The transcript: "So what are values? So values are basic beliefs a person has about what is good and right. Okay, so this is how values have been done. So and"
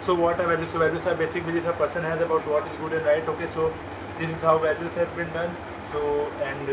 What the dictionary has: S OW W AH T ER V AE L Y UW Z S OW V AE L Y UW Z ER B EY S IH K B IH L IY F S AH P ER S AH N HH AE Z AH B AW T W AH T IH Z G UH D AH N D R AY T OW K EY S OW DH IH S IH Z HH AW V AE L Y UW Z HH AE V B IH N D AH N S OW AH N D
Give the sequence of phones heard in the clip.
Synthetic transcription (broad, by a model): S OW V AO T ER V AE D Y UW S OW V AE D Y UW S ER B EY S IH K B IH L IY S AH P ER S AH N HH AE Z AH B AW T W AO T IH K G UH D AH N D R AY T OW K EY S OW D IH S IH Z HH AW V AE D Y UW S HH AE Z B IH N D AH N S OW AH N D